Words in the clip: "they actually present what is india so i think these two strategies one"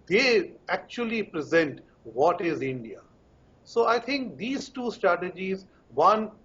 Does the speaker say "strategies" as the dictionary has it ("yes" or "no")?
yes